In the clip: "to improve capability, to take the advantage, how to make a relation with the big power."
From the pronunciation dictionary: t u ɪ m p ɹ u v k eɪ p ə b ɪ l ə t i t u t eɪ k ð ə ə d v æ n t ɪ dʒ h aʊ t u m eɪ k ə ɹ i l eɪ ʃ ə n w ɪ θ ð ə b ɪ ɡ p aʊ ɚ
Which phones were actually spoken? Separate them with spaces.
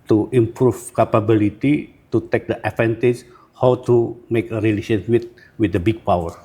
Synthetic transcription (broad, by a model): t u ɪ m p ɹ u f k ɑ p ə b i l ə t i t u t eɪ k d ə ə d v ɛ n t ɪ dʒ h aʊ t u m eɪ k ə ɹ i l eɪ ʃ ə n w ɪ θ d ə b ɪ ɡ p aʊ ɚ